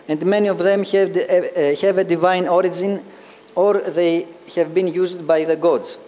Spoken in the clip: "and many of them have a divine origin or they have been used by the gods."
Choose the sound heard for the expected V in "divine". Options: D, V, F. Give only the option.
V